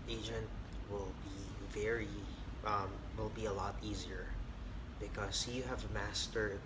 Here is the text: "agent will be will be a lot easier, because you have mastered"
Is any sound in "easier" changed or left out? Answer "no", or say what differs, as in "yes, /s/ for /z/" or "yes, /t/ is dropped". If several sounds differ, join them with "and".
no